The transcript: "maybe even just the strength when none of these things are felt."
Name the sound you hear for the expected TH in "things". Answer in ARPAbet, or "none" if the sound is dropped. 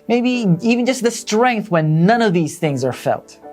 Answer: TH